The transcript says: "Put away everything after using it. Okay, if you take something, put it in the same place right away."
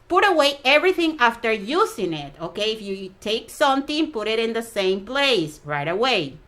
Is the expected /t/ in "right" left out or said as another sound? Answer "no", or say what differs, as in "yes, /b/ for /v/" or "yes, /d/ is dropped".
no